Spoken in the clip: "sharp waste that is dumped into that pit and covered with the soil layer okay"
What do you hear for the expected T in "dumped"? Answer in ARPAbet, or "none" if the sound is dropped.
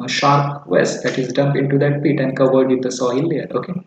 none